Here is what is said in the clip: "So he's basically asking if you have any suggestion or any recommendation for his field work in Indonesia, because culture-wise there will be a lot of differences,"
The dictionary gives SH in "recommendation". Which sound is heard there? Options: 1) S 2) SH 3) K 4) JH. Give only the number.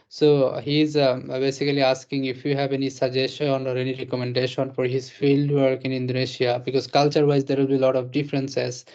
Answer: 2